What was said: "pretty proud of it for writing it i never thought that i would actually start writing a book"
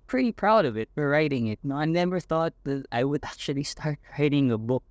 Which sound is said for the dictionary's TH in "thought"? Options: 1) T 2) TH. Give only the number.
2